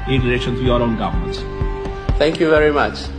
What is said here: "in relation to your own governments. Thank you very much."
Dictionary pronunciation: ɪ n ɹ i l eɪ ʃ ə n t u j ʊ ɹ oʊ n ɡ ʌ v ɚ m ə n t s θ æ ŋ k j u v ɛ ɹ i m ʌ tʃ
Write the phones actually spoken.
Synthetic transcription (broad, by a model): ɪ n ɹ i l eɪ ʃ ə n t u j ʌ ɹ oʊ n ɡ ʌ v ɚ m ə n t θ æ ŋ k j u v ɛ ɹ i m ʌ tʃ